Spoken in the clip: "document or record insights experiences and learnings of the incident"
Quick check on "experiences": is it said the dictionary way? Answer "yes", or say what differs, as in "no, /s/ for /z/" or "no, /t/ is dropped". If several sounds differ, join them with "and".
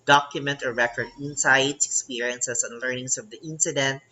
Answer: no, /s/ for /z/